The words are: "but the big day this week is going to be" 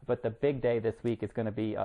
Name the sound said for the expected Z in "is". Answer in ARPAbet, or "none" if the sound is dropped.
Z